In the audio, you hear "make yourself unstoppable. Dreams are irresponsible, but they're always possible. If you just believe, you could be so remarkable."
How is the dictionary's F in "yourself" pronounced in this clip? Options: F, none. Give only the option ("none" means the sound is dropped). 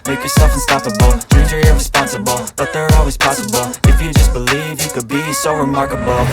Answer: F